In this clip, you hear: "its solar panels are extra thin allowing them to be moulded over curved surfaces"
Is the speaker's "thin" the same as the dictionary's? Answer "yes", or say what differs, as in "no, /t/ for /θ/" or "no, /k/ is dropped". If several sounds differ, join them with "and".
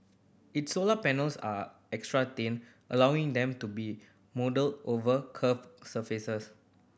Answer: no, /t/ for /θ/